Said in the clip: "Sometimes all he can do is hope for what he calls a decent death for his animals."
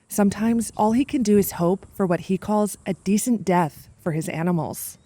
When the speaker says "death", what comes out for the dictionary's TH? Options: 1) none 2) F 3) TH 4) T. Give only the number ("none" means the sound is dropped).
3